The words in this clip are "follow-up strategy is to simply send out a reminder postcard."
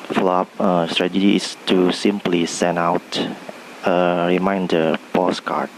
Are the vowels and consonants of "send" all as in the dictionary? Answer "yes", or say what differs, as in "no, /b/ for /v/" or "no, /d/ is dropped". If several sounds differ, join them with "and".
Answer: no, /d/ is dropped